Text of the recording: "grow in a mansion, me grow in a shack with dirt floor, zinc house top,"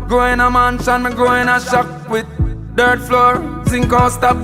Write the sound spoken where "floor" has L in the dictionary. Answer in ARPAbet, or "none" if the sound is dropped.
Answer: L